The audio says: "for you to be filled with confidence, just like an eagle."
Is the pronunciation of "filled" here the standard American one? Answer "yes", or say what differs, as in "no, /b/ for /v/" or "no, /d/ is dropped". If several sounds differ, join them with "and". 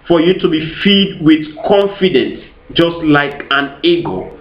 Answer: no, /l/ is dropped